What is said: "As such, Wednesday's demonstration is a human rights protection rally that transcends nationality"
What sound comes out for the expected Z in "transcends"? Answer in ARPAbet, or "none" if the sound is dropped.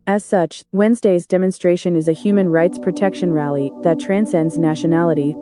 Z